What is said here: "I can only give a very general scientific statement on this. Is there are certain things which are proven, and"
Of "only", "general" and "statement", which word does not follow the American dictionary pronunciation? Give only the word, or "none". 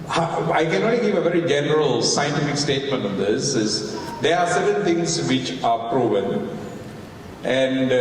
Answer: only